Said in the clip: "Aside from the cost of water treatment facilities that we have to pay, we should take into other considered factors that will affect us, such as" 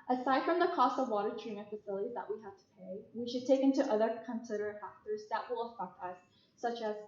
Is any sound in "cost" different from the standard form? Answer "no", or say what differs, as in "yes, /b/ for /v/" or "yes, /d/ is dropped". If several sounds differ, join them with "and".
no